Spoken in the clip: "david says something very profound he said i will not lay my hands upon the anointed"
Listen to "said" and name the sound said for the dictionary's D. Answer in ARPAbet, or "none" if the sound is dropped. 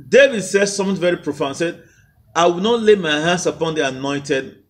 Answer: D